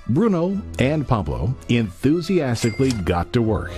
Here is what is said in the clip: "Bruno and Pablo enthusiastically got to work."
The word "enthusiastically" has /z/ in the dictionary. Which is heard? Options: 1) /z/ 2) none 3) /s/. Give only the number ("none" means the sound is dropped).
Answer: 1